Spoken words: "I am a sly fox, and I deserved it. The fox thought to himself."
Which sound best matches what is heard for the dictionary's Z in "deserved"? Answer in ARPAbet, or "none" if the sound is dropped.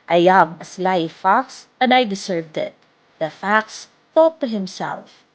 S